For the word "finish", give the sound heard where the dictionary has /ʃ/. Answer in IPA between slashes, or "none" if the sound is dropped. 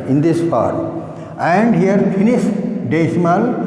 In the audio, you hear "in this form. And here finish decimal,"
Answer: /s/